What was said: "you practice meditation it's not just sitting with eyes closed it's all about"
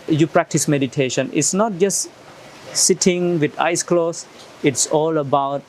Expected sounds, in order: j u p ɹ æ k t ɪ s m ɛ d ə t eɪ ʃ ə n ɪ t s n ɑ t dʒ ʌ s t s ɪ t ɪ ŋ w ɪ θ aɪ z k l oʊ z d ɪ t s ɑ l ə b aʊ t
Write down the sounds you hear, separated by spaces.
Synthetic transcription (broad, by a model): j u p ɹ æ k t ɪ s m ɛ d ə t eɪ ʃ ə n ɪ t s n ɑ t dʒ ʌ s t s ɪ t ɪ ŋ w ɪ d aɪ s k l oʊ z ɪ t s ɑ l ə b aʊ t